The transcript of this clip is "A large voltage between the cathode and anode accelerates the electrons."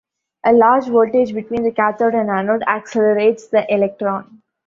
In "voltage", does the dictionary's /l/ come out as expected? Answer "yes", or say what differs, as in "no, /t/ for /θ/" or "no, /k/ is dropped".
no, /l/ is dropped